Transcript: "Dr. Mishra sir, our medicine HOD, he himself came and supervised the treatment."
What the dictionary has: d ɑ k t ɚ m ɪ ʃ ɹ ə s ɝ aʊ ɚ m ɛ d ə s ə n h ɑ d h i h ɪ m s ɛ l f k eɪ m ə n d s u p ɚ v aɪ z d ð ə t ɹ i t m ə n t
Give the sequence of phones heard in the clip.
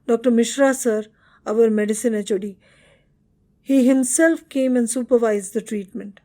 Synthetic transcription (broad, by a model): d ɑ k t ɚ m ɪ ʃ ɹ ə s ɝ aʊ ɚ m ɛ d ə s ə n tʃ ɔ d h i h ɪ m s ɛ l f k eɪ m ə n d s u p ɚ v aɪ z d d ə t ɹ i t m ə n t